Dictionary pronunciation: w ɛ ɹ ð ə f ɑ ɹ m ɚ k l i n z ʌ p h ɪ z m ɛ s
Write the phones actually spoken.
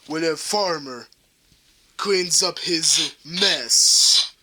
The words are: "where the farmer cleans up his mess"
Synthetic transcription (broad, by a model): w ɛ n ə f ɑ ɹ m ɚ k l i n z ʌ p h ɪ z m ɛ s